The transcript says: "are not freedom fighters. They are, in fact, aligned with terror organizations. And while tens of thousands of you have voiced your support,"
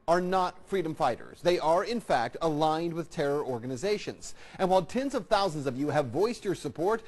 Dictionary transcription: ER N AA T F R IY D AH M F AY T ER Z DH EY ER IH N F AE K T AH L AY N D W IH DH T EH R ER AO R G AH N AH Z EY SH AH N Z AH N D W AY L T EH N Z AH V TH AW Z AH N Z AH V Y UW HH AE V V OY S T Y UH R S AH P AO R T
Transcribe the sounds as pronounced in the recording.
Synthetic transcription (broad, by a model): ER N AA T F R IY D AH M F AY T ER Z DH EY ER IH N F AE K T AH L AY N D W IH DH T EH R ER AO R G AH N AH Z EY SH AH N Z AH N W AY L T EH N Z AH V TH AW Z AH N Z AH V Y UW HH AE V V OY S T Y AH R S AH P AO R T